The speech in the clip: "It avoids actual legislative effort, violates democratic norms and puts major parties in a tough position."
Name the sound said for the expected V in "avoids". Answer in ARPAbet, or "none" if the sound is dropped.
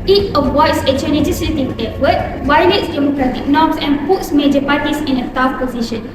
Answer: W